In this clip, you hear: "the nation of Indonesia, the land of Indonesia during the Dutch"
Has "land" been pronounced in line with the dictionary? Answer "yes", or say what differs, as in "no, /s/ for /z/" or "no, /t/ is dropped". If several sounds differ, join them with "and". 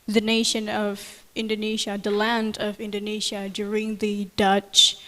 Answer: yes